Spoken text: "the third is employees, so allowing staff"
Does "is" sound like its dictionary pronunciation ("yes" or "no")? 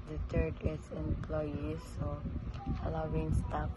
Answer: no